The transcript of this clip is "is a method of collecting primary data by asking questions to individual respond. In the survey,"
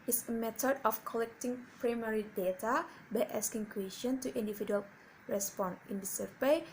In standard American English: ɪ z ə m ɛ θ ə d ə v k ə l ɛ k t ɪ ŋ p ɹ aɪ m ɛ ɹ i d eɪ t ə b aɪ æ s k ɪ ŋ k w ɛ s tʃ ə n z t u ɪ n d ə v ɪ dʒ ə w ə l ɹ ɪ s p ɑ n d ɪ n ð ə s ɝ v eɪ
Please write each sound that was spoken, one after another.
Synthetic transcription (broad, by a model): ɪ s ə m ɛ t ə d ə f k ə l ɛ k t ɪ ŋ p ɹ aɪ m ɛ ɹ i d eɪ t ə b aɪ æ s k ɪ ŋ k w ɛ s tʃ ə n t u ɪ n d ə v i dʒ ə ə l ɹ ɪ s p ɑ n ɪ n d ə s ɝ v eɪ